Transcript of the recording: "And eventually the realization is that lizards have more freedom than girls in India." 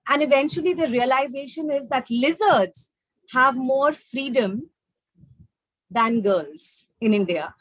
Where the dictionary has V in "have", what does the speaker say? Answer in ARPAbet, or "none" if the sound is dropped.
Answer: V